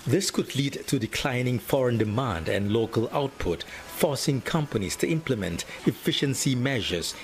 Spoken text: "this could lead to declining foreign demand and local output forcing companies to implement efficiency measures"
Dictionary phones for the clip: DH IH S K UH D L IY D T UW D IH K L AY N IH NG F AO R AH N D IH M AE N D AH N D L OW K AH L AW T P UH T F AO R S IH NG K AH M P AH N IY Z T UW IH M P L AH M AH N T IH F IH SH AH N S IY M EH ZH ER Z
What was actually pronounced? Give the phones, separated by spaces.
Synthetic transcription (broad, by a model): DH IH S K UH D L IY D T UW D IH K L AY N IH NG F AO R AH N D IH M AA N D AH N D L OW K AH L AW T P UH T F AO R S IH NG K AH M P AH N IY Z T UW IH M P L AH M AH N T IH F IH SH AH N S IY M EH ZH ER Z